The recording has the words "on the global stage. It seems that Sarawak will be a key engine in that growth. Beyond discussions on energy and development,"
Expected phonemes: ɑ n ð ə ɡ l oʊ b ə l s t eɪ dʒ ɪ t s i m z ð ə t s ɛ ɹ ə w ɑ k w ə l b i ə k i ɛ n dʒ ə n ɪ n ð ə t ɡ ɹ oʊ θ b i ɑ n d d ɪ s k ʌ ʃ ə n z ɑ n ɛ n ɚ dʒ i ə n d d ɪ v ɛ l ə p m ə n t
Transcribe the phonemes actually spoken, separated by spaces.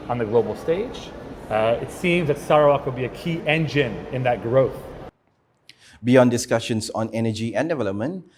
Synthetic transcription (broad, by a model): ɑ n ð ə ɡ l oʊ b l s t eɪ dʒ ɪ t s i m z ð ə t s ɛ ɹ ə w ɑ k w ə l b i ə k i ɛ n dʒ ə n ɪ n ð ə t ɡ ɹ oʊ θ b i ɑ n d d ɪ s k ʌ ʃ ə n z ɑ n ɛ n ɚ dʒ i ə n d d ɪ v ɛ l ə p m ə n t